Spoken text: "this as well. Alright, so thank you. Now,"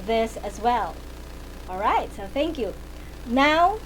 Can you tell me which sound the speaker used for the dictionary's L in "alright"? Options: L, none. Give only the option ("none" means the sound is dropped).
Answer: L